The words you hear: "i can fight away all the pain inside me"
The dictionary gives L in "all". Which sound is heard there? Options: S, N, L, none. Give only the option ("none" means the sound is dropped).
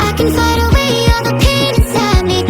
N